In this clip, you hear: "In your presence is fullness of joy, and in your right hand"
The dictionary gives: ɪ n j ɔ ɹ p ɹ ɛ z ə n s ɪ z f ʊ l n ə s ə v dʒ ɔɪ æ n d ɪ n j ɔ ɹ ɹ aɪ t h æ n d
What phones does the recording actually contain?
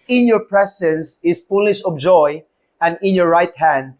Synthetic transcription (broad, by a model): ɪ n j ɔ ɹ p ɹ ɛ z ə n s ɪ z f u l ə ʃ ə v dʒ ɔɪ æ n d ɪ n j ɔ ɹ ɹ aɪ t h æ n d